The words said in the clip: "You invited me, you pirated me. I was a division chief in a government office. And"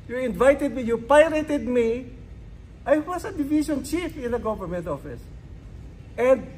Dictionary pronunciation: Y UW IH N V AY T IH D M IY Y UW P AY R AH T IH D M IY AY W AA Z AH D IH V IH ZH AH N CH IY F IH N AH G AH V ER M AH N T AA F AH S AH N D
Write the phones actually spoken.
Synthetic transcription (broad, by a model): Y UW IH N V AY T IH D M IY Y UW P AY R AH T IH D M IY AY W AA S AH D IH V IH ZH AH N CH IY F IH N AH G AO V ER M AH N T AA F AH S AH N D